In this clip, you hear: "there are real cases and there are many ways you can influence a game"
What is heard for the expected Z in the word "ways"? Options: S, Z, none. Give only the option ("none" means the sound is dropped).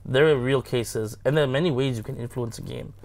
Z